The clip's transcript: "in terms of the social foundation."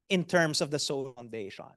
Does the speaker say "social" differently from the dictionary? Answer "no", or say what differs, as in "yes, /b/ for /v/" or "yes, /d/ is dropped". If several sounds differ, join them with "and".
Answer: yes, /ʃ/ is dropped